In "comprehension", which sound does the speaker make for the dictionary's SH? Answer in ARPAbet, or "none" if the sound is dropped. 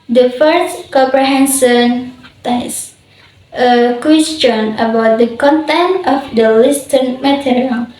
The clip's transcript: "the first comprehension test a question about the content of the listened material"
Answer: S